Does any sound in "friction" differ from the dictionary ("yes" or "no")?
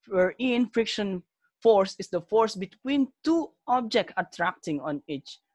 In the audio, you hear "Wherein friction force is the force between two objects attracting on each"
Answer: no